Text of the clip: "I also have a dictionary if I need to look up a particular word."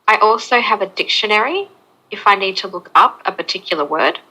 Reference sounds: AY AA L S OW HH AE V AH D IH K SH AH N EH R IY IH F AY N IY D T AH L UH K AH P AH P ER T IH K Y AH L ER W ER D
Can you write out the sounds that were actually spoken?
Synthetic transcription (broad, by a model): AY AA L S OW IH V AH D IH K SH AH N EH R IY IH F AY N IY D T AH L UH K AH P AH P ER T IH K Y L ER W ER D